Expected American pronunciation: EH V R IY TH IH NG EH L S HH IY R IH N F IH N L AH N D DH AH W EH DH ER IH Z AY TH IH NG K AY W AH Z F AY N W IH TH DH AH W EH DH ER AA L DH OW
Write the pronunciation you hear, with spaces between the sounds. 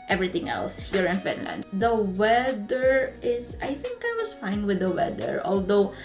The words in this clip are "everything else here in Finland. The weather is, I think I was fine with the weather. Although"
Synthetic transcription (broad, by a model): EH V R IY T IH NG EH L S HH IY R IH N F IH N L AH N D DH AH W EH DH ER IH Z AY TH IH NG K AY W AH S F AY N W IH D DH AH W EH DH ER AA L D OW